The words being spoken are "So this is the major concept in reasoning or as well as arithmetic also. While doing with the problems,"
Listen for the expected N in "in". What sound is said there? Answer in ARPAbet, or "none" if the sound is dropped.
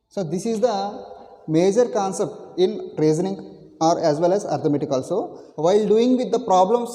L